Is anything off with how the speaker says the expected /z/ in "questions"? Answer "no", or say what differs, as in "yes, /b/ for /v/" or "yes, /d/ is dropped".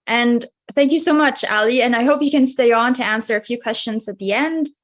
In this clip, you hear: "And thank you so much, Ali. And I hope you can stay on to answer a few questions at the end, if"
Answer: no